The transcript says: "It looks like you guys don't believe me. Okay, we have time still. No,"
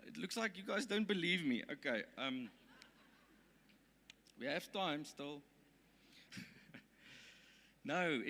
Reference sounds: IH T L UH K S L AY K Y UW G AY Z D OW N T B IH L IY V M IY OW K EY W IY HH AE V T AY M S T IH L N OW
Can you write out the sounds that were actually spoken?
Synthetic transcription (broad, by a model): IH T L UH K S L AY K Y UW G AY Z D OW N T B IH L IY V M IY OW K EY W IY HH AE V T AY M S T IH L N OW